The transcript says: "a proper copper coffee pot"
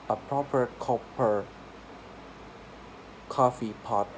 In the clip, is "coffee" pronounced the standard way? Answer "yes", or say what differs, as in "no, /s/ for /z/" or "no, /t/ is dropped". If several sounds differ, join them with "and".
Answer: yes